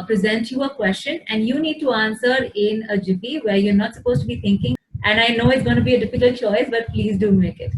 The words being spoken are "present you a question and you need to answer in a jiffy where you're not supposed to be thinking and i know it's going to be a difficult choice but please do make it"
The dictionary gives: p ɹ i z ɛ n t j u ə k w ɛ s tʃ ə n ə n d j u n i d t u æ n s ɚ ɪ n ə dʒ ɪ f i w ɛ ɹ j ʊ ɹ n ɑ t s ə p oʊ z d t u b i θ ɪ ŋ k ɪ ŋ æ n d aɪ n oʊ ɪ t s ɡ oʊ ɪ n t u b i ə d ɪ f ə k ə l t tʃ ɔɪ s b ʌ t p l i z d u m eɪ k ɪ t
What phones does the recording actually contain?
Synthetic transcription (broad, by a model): p ɹ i z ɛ n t j u ə k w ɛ s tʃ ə n ə n d j u n i d t u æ n s ɚ ɪ n ə dʒ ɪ p i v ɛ ɹ j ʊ ɹ n ɑ t s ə p oʊ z t u b i t ɪ ŋ k ɪ ŋ æ n d aɪ n oʊ ɪ t s ɡ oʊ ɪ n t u b i ə d ɪ f ə k ə l t tʃ ɔɪ s b ʌ t p l i z d u m eɪ k ɪ t